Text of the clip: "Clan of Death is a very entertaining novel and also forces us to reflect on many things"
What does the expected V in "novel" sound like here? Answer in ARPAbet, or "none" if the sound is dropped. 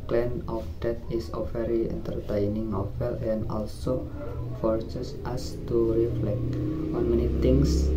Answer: F